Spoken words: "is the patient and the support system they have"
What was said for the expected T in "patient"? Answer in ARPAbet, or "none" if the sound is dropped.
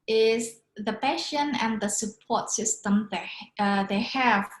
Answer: none